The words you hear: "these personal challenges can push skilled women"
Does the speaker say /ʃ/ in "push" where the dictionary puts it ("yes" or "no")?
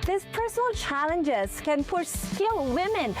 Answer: no